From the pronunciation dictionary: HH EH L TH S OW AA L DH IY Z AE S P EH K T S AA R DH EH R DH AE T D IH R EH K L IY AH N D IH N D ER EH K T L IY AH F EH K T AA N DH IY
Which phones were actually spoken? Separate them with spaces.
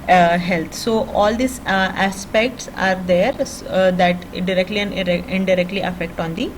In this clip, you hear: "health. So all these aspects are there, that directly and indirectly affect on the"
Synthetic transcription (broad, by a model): HH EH L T S OW AA L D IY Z AE S P EH K T S AA R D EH R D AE T D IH R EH K L IY AH N D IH D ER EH K T L IY AH F EH K T AA N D IY